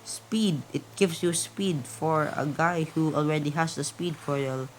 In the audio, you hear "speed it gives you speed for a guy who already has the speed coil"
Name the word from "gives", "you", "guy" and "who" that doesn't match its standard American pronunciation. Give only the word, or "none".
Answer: gives